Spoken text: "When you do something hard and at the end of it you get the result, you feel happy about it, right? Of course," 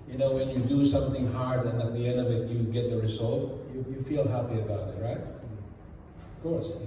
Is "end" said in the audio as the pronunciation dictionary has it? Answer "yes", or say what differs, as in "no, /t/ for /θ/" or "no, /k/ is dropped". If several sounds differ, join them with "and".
yes